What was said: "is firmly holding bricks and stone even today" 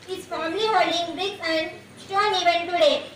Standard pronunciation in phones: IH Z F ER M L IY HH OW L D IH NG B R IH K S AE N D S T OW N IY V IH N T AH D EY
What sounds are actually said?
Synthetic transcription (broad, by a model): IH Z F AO M L IY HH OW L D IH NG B R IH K AE N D S T OW N IY V IH N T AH D EY